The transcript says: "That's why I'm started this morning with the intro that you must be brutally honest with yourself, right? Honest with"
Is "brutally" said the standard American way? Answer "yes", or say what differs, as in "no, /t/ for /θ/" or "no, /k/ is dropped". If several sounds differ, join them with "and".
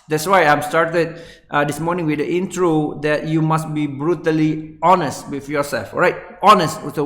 yes